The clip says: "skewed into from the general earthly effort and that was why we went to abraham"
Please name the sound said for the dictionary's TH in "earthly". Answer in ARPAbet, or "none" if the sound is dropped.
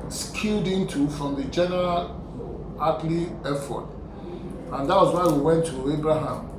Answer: T